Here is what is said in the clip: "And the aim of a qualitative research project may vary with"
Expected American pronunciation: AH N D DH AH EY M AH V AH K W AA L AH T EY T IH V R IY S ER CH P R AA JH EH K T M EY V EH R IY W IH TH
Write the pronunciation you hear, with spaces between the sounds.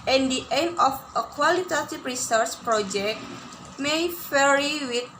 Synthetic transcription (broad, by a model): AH N D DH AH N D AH F AH K W AA L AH T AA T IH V R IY S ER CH P R AA JH EH K T M EY F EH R IY W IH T